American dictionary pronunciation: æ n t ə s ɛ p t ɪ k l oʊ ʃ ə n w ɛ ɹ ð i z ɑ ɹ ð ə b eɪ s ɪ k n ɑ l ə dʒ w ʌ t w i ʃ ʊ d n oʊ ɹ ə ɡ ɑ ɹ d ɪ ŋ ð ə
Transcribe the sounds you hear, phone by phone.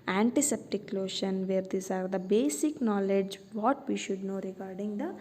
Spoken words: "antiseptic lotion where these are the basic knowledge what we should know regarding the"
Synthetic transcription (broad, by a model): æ n t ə s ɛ p t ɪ k l oʊ ʃ ə n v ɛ ɹ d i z ɑ ɹ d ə b eɪ s ɪ k n ɑ l ə dʒ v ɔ t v i ʃ ʊ d n oʊ ɹ ə ɡ ɑ ɹ d ɪ ŋ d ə